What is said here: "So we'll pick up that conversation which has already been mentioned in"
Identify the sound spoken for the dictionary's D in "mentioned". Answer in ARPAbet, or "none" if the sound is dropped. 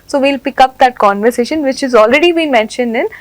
D